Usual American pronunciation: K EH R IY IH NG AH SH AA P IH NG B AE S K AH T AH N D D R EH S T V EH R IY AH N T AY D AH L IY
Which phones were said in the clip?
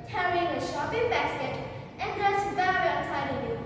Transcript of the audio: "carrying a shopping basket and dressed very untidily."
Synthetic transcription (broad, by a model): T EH R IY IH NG AH SH AA P IH NG B AE S K AH T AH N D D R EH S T V EH R IY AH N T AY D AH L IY